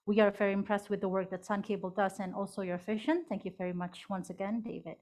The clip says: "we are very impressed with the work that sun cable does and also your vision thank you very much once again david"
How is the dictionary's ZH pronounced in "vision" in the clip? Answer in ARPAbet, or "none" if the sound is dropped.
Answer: SH